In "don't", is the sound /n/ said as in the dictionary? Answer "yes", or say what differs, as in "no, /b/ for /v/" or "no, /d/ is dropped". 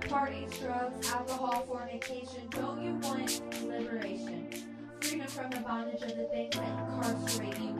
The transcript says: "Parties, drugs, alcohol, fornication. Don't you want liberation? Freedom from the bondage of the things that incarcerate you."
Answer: no, /l/ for /n/